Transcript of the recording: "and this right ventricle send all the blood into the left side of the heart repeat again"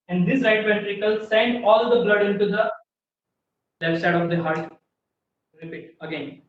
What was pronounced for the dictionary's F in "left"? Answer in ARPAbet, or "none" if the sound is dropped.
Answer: none